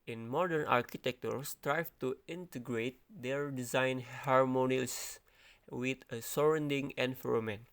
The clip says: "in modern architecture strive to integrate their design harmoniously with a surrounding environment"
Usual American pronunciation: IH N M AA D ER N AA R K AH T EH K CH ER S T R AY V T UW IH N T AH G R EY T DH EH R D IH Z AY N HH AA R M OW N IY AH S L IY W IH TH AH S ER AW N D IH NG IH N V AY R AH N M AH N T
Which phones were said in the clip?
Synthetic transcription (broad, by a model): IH N M AA D ER N AA R K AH T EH K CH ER S T R AY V T UW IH N T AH G R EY T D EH R D IH Z AY N HH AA R M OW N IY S W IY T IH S AH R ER N D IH NG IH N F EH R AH M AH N